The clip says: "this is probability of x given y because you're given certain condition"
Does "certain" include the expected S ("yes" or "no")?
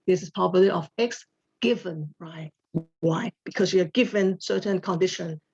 yes